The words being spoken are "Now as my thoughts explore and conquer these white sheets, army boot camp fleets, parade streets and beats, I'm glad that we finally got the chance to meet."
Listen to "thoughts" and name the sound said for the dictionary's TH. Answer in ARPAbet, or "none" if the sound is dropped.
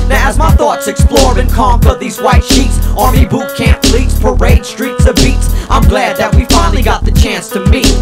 TH